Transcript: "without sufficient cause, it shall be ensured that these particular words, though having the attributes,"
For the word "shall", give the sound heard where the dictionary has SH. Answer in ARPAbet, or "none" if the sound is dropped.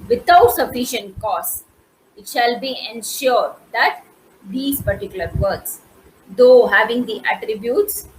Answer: SH